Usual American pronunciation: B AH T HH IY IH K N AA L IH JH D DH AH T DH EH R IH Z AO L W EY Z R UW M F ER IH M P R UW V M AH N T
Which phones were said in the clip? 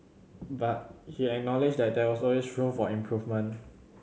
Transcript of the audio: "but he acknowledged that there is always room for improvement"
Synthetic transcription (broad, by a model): B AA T HH IY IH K N AA L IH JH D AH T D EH W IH S AO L W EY S R UW M F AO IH M P R UW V M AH N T